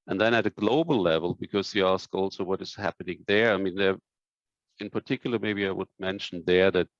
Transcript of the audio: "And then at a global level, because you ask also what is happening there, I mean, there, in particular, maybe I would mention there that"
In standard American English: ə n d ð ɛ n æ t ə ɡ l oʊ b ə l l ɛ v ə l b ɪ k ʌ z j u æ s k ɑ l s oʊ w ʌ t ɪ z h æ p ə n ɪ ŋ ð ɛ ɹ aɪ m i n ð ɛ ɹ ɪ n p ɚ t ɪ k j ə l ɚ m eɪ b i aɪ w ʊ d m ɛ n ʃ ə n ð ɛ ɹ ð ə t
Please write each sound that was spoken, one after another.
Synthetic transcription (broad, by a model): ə n ð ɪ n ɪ t ə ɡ l oʊ b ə l l ɛ v ə l b ɪ k ʌ z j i æ s k ɑ l s oʊ w ʌ t ɪ z h æ p ə n ɪ ŋ ð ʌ ɹ aɪ m i n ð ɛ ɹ ɪ n p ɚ t ɪ k j l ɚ m eɪ b i aɪ w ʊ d m ɛ n ʃ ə n ð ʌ ɹ ð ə t